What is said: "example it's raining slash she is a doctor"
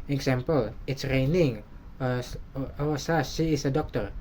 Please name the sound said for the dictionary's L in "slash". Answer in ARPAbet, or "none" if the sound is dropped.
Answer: none